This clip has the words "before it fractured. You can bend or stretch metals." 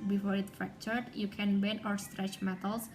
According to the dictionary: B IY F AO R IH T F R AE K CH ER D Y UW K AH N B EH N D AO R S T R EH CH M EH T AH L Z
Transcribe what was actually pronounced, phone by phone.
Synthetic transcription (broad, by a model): B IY F AO R IH T F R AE K CH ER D Y UW K AH N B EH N AO R S T R EH CH M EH T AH L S